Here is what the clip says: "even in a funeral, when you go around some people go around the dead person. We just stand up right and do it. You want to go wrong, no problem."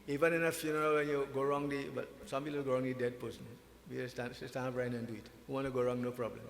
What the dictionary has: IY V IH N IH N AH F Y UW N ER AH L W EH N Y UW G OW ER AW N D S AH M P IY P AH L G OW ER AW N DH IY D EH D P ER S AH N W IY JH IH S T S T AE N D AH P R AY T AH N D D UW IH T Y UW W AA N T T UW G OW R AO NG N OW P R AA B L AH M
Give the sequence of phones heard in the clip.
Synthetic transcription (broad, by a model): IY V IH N IH N AH F Y UW N ER AH L W EH N Y UW G OW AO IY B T S AH M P IY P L G OW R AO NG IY D EH D P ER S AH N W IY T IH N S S T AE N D AH P R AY AH N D D UW IH T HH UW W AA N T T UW G OW R AO NG N OW P R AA B L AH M